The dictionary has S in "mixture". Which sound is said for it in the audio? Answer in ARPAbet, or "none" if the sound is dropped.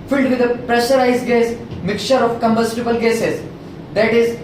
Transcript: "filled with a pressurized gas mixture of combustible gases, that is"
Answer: none